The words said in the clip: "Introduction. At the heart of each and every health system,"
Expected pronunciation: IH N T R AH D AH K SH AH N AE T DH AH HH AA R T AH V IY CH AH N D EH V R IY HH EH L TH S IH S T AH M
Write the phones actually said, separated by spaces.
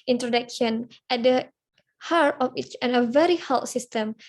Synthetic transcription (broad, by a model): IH N T R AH D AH K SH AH N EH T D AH HH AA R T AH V IY CH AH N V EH R IY HH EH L T S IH S T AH M